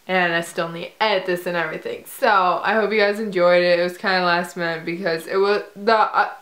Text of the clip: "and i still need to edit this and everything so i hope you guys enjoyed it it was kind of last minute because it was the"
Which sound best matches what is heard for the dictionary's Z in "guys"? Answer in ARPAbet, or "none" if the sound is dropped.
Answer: Z